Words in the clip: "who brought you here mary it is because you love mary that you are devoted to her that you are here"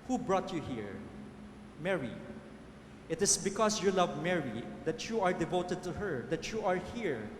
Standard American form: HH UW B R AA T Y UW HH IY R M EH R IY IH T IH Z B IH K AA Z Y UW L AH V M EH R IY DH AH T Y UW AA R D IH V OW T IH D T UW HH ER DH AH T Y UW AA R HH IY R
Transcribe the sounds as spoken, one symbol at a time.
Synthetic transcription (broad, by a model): HH UW B R AA T Y UW HH IY R M EH R IY IH T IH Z B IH K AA S Y UW L AH V M EH R IY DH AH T Y UW AA R D IH V OW T IH D T UW HH ER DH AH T Y UW AA R HH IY R